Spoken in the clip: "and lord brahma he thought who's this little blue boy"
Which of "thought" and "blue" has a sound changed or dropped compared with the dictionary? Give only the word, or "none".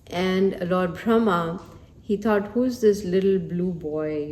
thought